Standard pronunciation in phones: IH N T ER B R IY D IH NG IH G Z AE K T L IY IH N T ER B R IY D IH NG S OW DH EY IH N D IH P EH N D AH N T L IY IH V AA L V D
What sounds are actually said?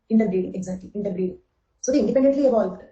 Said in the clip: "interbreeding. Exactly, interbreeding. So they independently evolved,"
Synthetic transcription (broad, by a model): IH N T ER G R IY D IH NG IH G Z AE T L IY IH N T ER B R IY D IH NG S OW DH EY IH N D IH P EH N D AH N T L IY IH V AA L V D